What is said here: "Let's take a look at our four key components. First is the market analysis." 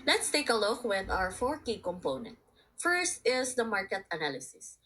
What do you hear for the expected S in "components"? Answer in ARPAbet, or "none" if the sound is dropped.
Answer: none